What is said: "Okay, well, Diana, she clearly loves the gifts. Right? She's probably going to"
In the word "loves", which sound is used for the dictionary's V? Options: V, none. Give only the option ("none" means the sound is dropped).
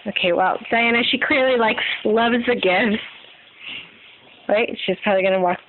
V